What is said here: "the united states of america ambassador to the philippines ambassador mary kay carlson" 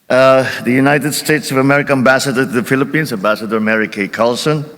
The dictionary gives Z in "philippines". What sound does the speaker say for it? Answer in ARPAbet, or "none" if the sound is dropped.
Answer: S